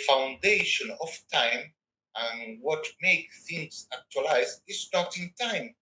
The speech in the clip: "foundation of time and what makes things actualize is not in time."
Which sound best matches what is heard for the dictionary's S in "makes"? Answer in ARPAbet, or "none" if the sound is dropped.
none